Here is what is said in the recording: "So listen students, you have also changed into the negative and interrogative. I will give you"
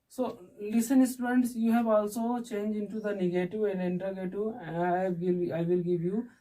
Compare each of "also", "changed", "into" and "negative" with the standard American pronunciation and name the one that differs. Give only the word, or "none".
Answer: changed